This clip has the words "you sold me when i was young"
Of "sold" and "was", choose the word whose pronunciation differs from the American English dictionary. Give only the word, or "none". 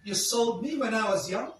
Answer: none